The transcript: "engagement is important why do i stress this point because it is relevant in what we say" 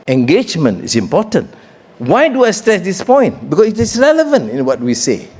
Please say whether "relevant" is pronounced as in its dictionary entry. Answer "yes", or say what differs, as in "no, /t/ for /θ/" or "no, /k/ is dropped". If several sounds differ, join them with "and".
yes